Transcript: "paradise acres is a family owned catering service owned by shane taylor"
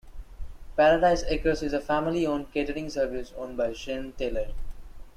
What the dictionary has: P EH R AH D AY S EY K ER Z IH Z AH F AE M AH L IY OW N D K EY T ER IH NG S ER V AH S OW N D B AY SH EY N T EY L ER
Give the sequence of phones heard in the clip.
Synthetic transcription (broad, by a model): P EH R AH D AY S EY K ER S IH Z AH F AE M AH L IY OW N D K EY T ER IH NG S ER V AH S OW N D B AY SH EY N T EY L ER